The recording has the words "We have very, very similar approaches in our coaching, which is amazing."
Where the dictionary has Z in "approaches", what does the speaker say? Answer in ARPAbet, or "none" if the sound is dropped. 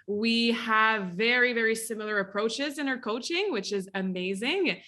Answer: Z